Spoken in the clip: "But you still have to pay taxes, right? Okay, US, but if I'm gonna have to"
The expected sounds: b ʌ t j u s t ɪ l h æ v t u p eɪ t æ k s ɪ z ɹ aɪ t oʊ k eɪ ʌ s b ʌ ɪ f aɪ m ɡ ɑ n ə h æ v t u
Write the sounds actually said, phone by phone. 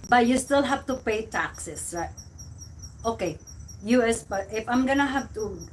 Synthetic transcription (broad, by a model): b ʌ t j u s t ɪ l h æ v t u p eɪ t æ k s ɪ s ɹ aɪ t oʊ k eɪ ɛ s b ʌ ɪ f aɪ m ɡ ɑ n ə h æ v t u